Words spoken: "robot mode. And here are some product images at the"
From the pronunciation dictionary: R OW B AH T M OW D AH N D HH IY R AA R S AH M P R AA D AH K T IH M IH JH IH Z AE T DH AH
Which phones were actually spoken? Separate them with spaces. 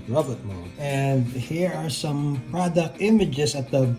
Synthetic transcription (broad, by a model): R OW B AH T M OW AH N D HH IY R AA R S AH M P R AA D AH K T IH M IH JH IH S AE T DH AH